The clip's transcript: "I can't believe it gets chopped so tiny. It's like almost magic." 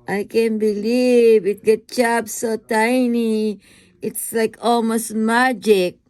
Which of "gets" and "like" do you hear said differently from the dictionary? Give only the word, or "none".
gets